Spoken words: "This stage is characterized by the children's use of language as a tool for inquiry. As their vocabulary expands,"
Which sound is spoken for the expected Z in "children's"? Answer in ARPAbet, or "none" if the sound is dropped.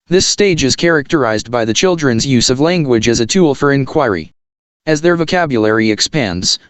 Z